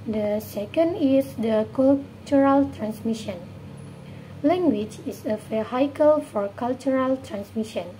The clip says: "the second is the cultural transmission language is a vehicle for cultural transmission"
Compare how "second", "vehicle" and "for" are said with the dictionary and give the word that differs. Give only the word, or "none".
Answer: vehicle